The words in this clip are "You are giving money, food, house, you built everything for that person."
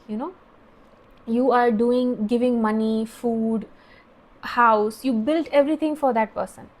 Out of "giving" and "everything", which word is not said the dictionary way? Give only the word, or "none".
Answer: everything